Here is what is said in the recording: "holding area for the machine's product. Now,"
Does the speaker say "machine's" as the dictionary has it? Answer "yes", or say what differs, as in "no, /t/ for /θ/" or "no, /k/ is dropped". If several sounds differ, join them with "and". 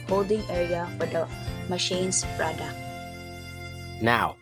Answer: no, /s/ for /z/